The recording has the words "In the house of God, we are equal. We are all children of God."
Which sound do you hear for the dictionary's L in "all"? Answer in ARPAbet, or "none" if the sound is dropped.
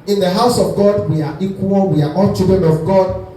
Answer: N